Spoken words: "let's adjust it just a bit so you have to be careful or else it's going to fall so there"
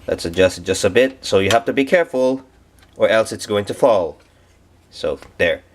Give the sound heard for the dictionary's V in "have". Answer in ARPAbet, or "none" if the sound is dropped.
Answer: F